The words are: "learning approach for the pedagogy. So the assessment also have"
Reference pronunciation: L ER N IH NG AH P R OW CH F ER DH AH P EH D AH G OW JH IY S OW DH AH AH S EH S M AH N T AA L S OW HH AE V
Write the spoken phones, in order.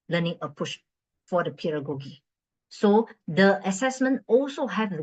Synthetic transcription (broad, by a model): L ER N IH NG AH P UW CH F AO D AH P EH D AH G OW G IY S OW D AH AH S EH S M AH N T AA L S OW HH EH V